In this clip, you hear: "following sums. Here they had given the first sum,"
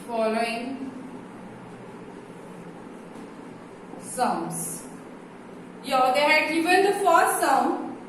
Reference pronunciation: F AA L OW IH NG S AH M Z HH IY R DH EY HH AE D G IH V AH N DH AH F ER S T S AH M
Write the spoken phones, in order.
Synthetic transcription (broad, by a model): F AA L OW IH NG S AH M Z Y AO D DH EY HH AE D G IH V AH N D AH F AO T S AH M